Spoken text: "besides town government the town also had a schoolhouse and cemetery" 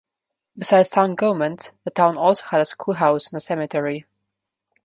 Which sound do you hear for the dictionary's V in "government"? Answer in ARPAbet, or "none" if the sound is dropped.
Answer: none